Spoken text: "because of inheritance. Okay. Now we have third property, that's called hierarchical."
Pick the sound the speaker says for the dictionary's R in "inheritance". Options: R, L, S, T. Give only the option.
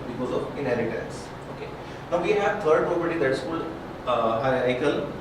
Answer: L